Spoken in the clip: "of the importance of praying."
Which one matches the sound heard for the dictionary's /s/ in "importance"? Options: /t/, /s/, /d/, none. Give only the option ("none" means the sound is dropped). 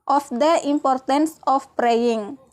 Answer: /s/